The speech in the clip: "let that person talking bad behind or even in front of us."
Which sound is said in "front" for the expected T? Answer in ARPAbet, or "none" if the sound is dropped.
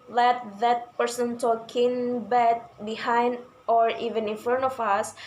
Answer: none